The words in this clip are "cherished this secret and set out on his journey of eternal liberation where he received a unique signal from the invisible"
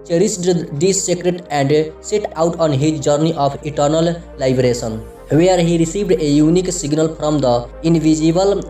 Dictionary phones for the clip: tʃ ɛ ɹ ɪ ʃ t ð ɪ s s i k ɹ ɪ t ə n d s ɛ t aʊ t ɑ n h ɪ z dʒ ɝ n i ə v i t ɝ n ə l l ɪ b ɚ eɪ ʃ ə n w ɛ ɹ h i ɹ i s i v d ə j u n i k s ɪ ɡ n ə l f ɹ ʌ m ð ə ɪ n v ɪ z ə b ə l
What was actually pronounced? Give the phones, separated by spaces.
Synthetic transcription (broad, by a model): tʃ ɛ ɹ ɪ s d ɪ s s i k ɹ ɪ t ə n d s ɛ t aʊ t ɑ n h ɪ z dʒ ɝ n i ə p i t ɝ n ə l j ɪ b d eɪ s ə n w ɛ ɹ h i ɹ i s i v d ə j u n i k s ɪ ɡ n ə l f ɹ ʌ m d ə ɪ n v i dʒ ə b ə l